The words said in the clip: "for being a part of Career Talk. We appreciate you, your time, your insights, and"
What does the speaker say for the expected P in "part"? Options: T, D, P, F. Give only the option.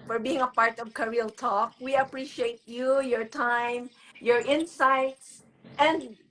P